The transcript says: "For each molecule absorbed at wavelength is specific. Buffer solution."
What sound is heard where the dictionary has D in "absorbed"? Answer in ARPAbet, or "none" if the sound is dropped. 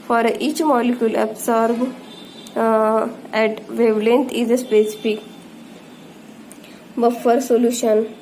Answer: none